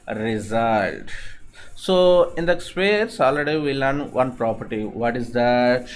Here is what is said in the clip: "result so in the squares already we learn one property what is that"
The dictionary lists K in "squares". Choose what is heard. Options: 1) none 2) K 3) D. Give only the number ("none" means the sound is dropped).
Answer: 1